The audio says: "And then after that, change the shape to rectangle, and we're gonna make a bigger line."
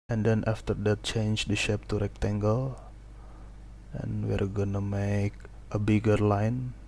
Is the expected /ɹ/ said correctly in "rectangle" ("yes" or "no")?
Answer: yes